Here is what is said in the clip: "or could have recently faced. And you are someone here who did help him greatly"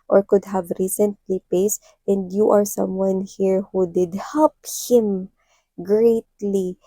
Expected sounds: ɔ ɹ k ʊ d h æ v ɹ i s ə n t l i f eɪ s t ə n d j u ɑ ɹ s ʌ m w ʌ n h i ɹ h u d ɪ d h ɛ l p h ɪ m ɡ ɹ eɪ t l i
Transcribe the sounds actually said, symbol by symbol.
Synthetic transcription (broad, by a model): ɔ ɹ k ʊ d h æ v ɹ i s ə n t l i p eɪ s t ə n d j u ɑ ɹ s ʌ m w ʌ n h i ɹ h u d ɪ d h ɛ l p h ɪ m ɡ ɹ eɪ t l i